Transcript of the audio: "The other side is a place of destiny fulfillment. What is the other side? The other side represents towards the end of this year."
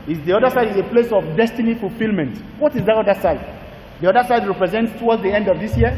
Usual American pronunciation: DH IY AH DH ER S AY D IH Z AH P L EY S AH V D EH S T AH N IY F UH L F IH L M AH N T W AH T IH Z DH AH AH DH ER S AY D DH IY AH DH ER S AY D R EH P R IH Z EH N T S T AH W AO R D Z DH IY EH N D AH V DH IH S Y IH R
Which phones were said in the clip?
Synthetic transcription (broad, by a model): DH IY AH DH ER S AY D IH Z AH P L EY S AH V D EH S T AH N IY F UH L F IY L M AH N T W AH T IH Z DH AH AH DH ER S AY D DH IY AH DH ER S AY D R EH P R IH Z EH N T S T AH W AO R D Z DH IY EH N D AH V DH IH S Y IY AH